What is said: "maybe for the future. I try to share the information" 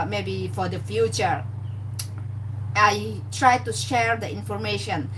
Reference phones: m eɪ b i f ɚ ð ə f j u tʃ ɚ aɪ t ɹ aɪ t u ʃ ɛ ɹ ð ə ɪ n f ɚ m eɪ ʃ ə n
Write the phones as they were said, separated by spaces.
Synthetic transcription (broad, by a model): m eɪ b i f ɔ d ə f j u tʃ ɚ aɪ t ɹ aɪ t u ʃ ɛ ɹ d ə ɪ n f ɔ m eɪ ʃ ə n